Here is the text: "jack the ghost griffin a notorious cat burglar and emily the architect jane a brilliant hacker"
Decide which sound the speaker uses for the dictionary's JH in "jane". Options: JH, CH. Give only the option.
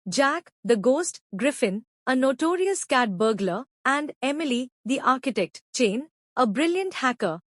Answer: CH